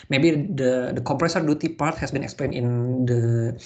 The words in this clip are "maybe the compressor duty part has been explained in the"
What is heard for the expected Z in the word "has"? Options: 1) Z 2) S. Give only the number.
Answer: 2